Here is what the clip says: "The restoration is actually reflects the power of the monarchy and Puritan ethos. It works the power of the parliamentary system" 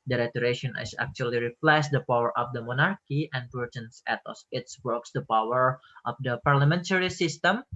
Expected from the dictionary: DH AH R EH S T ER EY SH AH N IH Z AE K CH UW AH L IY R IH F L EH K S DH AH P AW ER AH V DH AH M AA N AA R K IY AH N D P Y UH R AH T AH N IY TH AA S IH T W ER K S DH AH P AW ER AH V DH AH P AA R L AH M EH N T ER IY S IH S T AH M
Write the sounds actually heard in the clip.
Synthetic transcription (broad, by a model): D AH R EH T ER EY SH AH N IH S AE K CH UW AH L IY R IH P L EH S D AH P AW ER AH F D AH M AA N AA R K IY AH N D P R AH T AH N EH T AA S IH T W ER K S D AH P AW ER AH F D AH P AA R L AH M EH N T ER IY S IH S T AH M